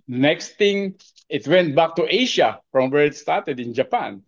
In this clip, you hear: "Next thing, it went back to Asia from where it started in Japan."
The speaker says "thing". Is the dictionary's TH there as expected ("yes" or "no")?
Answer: no